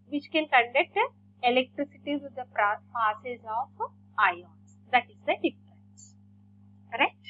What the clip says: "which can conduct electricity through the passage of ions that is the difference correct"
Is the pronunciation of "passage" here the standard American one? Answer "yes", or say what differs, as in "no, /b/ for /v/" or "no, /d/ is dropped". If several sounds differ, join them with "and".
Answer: no, /z/ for /dʒ/